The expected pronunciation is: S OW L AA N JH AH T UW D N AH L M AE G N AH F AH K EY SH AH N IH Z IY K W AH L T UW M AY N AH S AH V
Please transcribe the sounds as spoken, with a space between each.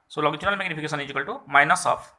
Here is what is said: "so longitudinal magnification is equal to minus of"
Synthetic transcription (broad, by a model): S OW L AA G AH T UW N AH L M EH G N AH P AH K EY S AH N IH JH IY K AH L T UW M AY N AH S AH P